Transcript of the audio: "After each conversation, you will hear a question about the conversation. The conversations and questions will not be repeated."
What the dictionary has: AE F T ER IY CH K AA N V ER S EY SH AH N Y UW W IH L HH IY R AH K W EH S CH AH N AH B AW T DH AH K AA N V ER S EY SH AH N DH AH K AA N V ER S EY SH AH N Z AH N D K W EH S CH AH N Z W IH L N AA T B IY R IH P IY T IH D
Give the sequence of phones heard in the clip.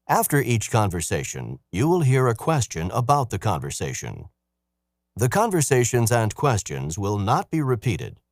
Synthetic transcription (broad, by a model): AE F T ER IY CH K AA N V ER S EY SH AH N Y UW W IH L HH IY R AH K W EH S CH AH N AH B AW T DH AH K AA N V ER S EY SH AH N DH AH K AA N V ER S EY SH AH N Z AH N K W EH S CH AH N Z W IH L N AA T B IY R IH P IY T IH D